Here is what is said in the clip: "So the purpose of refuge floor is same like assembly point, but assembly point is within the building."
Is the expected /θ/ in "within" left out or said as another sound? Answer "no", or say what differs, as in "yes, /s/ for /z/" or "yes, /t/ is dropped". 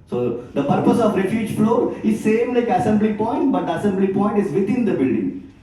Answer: yes, /t/ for /θ/